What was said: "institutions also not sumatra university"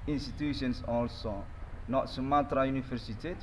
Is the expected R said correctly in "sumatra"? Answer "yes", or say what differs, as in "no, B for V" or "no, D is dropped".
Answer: yes